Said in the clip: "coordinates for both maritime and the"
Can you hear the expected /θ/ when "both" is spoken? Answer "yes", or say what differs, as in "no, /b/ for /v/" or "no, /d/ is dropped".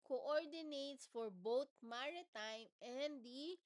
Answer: no, /t/ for /θ/